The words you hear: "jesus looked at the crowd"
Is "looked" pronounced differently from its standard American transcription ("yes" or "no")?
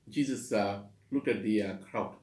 yes